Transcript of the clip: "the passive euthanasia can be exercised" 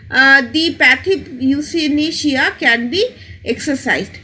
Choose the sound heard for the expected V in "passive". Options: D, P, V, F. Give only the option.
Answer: P